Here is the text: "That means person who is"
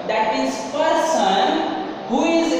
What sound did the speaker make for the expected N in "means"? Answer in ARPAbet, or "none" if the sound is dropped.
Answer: none